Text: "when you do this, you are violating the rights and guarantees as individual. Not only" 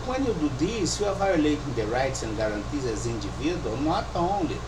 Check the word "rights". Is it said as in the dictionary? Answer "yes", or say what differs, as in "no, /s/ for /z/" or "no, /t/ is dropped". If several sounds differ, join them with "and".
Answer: yes